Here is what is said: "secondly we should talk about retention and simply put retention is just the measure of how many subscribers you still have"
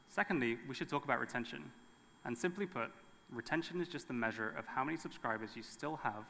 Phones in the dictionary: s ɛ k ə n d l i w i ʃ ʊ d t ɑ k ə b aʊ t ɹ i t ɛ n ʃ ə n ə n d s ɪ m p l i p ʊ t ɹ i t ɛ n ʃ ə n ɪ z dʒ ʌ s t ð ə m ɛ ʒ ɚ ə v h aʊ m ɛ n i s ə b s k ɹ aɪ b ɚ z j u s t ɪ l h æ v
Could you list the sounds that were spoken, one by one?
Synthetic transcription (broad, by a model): s ɛ k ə n d l i w i ʃ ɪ d t ɑ k ə b aʊ t ɹ i t ɛ n ʃ ə n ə n s ɪ m p l i p ʊ t ɹ i t ɛ n ʃ ə n ɪ z dʒ ʌ s t ð ə m ɛ ʒ ɚ ə v h aʊ m ɛ n i s ə b s k ɹ aɪ b ɚ z j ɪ s t ɪ l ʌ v